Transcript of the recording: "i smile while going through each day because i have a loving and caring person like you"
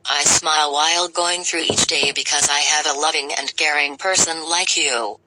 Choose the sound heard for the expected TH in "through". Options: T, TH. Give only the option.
TH